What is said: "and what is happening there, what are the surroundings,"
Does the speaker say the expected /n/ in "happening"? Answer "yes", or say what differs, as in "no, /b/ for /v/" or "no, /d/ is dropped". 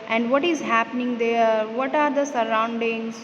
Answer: yes